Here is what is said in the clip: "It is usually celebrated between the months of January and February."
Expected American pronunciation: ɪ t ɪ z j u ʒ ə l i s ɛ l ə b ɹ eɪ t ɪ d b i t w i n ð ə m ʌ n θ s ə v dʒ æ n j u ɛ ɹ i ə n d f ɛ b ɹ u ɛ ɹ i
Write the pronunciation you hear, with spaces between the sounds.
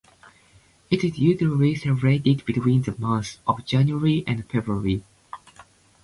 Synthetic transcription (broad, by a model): ɪ t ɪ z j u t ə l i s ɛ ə ɹ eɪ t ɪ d b i t w i n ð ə m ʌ θ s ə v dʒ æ n j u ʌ ɹ i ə n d f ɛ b ɹ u ɹ i